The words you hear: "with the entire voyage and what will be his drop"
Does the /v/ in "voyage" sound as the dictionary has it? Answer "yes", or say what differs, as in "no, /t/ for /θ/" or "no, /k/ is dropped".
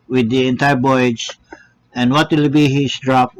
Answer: no, /b/ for /v/